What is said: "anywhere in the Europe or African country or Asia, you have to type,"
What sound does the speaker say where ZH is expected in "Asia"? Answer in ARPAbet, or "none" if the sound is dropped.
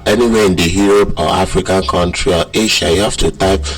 SH